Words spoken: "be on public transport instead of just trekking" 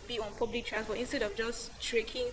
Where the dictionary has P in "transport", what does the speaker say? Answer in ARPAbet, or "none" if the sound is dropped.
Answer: F